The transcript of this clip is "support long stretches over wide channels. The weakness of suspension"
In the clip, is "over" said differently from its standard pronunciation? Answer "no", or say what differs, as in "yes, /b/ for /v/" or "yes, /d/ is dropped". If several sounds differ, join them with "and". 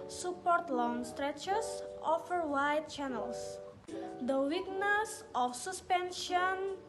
yes, /f/ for /v/